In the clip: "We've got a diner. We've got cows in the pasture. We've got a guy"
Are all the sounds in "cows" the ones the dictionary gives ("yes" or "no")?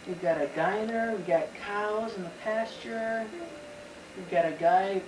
yes